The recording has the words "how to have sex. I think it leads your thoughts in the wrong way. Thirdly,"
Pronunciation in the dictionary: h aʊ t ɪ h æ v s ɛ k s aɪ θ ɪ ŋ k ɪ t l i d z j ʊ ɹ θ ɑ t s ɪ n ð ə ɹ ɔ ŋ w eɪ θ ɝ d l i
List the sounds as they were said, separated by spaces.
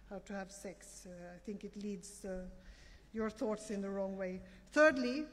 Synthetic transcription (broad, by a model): h aʊ t ɪ h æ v s ɛ k s aɪ θ ɪ ŋ k ɪ t l i d z j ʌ ɹ θ ɑ t s ɪ n ð ə ɹ ɔ ŋ w eɪ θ ɝ d l i